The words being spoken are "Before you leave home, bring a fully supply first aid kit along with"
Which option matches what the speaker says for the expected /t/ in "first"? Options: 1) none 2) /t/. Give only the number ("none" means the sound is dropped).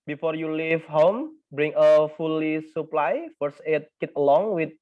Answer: 1